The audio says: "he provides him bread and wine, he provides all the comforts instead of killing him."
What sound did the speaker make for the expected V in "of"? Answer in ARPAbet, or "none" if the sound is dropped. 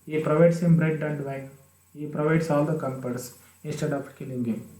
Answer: P